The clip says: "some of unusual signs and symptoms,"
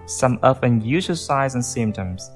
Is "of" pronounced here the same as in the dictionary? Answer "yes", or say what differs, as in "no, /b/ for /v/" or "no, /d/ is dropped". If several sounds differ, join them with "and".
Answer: no, /f/ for /v/